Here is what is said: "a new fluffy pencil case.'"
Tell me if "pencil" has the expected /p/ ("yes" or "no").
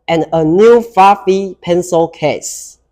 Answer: yes